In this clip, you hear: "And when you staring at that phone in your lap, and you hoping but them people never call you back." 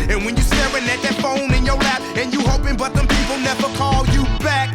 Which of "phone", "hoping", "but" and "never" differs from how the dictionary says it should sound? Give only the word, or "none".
none